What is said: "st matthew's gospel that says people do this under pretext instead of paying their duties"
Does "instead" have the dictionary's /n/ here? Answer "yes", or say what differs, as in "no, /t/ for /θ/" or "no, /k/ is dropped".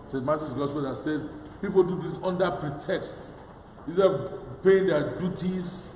no, /n/ is dropped